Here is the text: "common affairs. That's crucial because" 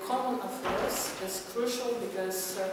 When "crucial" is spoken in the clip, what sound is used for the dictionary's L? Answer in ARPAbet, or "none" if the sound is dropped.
L